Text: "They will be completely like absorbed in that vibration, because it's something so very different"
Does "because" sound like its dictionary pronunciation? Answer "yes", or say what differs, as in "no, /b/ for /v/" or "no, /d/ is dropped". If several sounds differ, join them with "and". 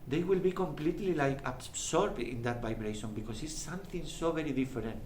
no, /s/ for /z/